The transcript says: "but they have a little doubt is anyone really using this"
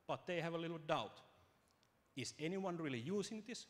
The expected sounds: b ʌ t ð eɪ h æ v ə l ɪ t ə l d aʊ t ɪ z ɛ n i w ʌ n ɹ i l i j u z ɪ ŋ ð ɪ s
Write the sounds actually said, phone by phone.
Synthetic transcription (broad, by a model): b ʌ t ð eɪ h æ v ə l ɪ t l d aʊ t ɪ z ɛ n i w ʌ n ɹ i l i j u s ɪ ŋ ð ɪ s